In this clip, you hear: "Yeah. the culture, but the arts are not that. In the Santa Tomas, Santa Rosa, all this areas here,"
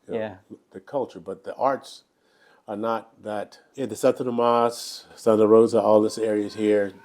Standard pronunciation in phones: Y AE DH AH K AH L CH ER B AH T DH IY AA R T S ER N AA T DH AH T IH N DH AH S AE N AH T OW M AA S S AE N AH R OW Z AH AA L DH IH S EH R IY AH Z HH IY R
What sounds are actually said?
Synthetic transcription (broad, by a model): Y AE DH AH K AH L CH ER B AH T DH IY AA R T S ER N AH T DH AH T IH N DH AH S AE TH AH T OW M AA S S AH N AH R OW Z AH AA L DH IH S EH R IY AH Z HH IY R